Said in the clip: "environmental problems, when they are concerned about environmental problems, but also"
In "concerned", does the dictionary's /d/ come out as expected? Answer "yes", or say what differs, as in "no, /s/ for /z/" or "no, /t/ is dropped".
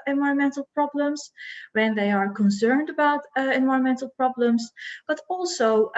yes